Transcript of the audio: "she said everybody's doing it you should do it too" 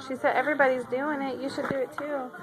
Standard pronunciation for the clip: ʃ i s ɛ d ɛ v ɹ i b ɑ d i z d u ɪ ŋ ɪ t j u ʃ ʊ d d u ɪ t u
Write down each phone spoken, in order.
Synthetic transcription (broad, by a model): ʃ i s ɛ d ɛ v ɹ i b ɑ d i z d u ɪ ŋ ɪ t j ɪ ʃ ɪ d d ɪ ɪ t u